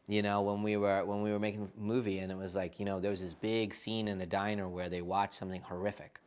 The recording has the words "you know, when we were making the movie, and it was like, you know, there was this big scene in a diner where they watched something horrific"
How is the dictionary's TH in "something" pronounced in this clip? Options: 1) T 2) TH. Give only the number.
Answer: 2